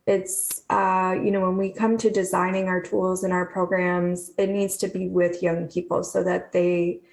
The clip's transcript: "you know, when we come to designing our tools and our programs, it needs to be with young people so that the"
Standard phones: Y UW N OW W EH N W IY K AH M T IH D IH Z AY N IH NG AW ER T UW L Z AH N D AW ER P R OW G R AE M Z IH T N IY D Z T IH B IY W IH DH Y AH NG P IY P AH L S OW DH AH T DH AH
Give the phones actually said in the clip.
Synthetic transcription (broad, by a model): Y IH N OW W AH N W IY K AH M T IH D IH Z AY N IH NG AW ER T UW L Z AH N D AW ER P R OW G R AE M Z IH T N IY D Z T IH B IY W IH DH Y AH NG P IY P L S OW DH AH T DH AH